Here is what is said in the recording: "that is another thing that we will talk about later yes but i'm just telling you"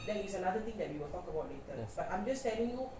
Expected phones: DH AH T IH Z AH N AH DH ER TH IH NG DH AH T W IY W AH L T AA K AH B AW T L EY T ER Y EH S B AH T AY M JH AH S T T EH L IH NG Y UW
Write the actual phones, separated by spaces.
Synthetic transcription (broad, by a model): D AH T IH S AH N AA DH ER T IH NG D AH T W IY W AH L T AA K AH B AW T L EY T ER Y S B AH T AY M JH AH S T T EH L IH NG Y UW